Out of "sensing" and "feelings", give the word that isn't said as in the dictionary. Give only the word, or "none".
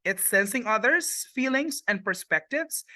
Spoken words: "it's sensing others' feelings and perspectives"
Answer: none